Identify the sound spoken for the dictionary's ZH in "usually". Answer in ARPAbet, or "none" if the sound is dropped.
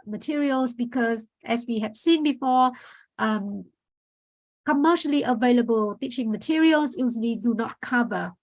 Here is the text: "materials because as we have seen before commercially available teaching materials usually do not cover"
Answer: Z